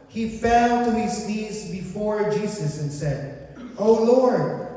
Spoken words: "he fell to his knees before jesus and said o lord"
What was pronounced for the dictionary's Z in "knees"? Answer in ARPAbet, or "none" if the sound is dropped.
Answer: Z